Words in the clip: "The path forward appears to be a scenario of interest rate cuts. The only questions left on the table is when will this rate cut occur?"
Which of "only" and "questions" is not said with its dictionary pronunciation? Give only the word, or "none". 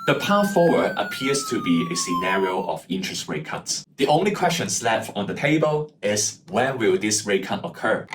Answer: questions